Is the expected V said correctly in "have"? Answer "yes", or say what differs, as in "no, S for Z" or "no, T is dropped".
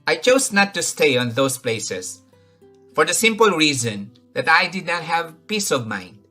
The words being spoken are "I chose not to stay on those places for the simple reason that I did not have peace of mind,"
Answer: yes